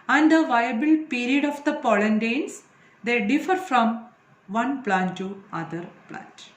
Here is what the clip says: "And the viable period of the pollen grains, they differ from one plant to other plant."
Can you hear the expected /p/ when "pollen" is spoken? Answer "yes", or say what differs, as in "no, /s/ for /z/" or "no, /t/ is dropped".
yes